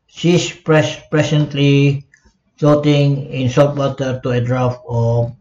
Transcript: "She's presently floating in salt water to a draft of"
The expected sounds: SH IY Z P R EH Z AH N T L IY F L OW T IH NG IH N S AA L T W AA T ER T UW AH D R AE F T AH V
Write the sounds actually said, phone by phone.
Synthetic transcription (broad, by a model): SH IY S P R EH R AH N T L IY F OW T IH NG IH N S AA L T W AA T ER T UW AH D R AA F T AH